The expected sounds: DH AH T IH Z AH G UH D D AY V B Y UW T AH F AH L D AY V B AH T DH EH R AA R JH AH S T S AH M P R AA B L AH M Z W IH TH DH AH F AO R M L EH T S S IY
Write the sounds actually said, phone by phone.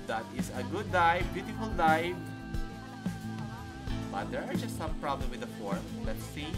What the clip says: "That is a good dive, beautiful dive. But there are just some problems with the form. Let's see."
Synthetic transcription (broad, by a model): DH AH T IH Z AH G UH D D AY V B Y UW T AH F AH L D AY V B AH T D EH R AA R JH AH S T S AH M P R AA B L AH M W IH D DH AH F AO R M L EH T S S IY